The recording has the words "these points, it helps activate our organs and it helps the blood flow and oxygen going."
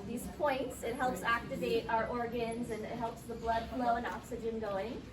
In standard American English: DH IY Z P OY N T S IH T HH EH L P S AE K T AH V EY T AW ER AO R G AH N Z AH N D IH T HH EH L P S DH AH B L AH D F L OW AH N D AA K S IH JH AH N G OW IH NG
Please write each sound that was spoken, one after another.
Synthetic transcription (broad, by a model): DH IY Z P OY N T S IH T HH EH L P S AE K T AH V EY T AW ER AO R G AH N Z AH N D IH T HH EH L P S DH AH B L AH D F L OW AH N AA K S IH JH AH N G OW IH NG